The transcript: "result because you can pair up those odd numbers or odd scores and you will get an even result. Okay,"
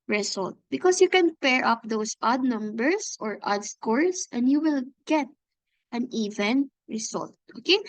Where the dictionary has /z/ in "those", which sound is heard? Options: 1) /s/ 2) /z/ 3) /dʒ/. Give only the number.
1